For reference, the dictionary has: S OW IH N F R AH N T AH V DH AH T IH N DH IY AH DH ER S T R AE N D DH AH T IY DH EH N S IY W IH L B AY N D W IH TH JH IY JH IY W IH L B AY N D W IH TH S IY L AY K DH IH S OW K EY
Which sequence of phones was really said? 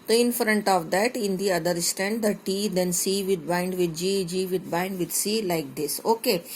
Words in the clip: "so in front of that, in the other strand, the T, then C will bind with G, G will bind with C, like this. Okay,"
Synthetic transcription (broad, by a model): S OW IH N F R AH N T AH V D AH T IH N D IY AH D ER S T EH N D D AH T IY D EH N S IY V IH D B AY N D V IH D JH IY JH IY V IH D B AY N D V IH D S IY L AY K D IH S OW K EY